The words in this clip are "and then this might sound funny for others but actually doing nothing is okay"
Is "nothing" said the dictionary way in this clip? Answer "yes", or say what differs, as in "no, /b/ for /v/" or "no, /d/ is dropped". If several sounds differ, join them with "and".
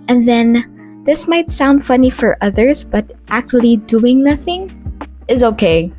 yes